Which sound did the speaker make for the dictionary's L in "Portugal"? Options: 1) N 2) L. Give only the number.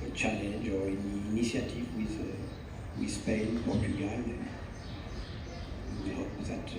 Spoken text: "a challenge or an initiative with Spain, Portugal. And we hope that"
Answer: 1